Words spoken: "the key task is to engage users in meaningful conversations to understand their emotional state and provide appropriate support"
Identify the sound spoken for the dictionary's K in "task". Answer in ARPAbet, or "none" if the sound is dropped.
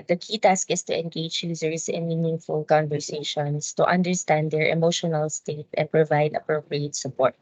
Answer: K